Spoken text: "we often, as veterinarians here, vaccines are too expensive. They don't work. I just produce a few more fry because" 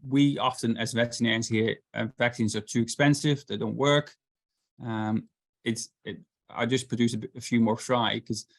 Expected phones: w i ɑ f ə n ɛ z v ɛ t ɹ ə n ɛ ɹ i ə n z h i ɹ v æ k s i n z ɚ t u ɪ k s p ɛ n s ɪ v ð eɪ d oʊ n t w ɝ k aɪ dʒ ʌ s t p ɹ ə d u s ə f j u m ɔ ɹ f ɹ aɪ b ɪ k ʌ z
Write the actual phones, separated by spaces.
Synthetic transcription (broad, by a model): w i ɑ f ə n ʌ z v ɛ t ə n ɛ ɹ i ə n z h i ɹ v æ k s i n z ɚ t u ɪ k s p ɛ n s ɪ v ð eɪ d oʊ n t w ɝ k aɪ dʒ ʌ s p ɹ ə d u s ə f j u m ɔ ɹ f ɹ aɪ ɪ k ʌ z